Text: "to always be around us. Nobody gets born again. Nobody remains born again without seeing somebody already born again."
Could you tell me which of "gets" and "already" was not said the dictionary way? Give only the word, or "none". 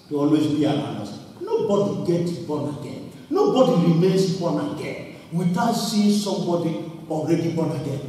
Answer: gets